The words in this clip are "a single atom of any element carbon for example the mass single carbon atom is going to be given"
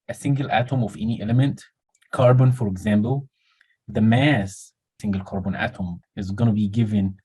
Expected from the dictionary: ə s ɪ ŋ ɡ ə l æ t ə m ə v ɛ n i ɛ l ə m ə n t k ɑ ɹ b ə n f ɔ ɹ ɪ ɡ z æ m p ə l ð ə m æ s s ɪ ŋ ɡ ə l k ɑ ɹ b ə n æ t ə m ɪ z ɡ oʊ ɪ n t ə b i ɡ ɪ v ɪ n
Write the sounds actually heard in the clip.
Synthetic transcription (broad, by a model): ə s ɪ ŋ ɡ ə l æ t ə m ə v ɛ n i ɛ l ə m ə n t k ɑ ɹ b ə n f ɔ ɹ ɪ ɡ z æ m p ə l ð ə m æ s s ɪ ŋ ɡ ə l k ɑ ɹ b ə n æ t ə m ɪ z ɡ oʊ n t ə b i ɡ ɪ v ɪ n